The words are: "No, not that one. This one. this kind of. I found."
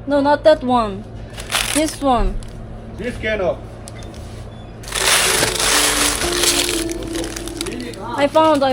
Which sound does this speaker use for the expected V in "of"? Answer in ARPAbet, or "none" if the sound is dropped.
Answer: P